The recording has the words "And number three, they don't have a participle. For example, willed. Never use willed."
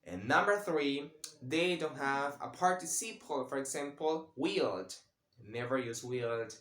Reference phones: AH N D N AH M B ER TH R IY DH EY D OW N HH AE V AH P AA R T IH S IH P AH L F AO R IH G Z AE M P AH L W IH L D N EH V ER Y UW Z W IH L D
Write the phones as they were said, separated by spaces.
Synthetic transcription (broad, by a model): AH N N AH M B ER TH R IY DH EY D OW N HH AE V AH P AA R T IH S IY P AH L F AO R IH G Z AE M P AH L W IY L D N EH V ER Y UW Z W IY L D